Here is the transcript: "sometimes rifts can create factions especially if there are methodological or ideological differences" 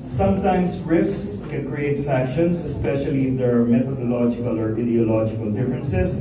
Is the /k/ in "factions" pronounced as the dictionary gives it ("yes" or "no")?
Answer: no